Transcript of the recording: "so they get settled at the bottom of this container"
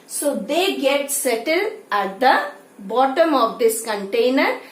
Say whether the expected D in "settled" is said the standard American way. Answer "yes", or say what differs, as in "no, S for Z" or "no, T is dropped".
no, D is dropped